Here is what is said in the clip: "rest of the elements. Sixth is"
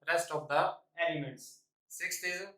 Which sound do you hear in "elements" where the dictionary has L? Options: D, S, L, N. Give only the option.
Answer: N